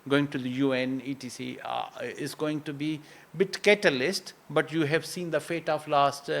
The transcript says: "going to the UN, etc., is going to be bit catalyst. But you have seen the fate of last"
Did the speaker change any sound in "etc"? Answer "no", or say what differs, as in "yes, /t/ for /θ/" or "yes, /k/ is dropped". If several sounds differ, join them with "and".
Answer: yes, /s/ is dropped